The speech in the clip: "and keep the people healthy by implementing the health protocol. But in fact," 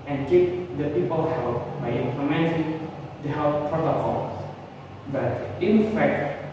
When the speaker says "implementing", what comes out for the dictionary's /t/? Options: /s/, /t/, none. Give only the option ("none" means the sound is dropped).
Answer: /s/